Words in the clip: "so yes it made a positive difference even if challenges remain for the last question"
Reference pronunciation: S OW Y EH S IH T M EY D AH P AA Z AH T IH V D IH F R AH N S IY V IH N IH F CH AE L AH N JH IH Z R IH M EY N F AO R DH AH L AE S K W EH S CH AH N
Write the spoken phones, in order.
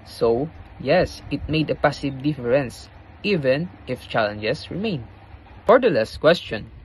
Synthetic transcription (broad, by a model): S OW Y EH S IH T M EY D AH P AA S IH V D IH F R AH N S IY V IH N IH F CH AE L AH N JH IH S R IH M EY N F AO R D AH L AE S K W EH S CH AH N